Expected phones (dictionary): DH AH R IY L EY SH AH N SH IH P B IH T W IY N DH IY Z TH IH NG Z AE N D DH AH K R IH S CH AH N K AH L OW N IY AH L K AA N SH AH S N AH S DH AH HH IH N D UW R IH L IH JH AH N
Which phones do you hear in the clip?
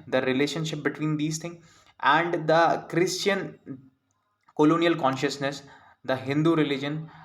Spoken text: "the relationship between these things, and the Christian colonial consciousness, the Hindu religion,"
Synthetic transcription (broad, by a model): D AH R IY L EY SH AH N SH IH P B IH T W IY N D IY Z T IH NG AE N D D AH K R IH S CH AH N K AH L OW N IY AH L K AA N SH AH S N AH S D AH HH IH N D UW R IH L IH JH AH N